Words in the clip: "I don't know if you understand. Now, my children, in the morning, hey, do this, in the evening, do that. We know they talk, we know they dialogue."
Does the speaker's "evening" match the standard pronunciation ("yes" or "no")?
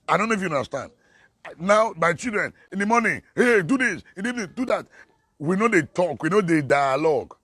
no